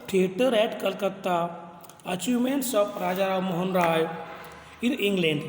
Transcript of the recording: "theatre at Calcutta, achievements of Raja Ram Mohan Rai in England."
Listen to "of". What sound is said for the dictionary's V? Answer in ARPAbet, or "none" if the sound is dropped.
P